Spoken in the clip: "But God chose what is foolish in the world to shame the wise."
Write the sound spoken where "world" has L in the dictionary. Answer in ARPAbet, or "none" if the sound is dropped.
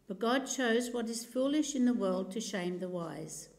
L